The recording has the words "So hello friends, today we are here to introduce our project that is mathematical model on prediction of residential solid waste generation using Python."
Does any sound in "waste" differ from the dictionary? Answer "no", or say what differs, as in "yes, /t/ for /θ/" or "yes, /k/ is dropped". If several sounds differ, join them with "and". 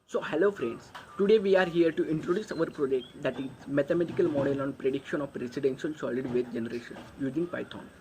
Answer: yes, /s/ is dropped